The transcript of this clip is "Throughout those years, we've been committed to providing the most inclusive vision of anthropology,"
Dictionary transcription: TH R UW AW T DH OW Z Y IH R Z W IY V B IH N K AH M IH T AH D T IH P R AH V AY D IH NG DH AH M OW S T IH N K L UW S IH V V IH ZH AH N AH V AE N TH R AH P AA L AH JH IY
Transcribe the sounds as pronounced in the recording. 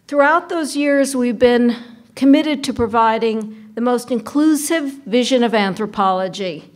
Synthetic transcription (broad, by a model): TH R UW AW T DH OW Z Y IH R Z W IY V B IH N K AH M IH T AH D T IH P R AH V AY D IH NG DH AH M OW S T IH N K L UW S IH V V IH ZH AH N AH V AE N TH R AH P AA L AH JH IY